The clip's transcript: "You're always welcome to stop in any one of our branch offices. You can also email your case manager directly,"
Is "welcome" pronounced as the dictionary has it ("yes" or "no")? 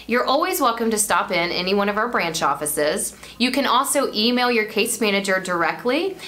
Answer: yes